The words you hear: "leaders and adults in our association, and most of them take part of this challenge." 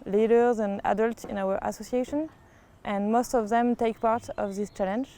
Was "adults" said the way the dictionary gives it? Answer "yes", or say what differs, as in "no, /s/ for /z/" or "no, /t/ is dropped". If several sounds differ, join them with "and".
yes